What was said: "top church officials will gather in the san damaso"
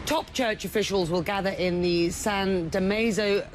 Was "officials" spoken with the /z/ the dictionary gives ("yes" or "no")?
yes